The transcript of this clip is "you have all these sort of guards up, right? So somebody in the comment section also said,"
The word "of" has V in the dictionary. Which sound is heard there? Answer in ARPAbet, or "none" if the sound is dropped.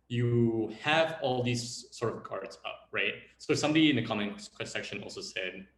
V